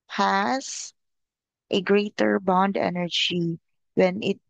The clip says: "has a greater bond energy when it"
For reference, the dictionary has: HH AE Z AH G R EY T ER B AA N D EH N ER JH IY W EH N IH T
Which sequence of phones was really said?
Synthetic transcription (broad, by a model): HH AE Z AH G R EY T ER B AA N D EH N ER JH IY W EH N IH T